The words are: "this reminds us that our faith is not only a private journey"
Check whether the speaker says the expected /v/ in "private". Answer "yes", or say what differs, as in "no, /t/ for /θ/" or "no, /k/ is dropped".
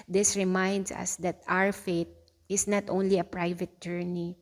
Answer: yes